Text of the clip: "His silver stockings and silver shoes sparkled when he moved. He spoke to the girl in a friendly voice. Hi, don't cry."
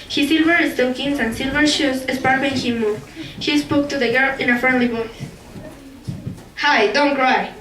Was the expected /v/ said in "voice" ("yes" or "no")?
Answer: no